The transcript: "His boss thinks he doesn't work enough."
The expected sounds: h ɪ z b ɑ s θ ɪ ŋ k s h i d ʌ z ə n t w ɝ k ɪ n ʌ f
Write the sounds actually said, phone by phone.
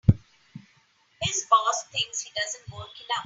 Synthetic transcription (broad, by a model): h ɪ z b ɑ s t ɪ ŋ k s h i d ʌ z ə n t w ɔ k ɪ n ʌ